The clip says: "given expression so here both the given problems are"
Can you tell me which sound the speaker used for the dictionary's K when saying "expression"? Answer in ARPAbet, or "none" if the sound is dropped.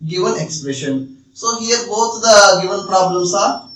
K